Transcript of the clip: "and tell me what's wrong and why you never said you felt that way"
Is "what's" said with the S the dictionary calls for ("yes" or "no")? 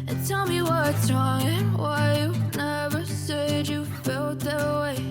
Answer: no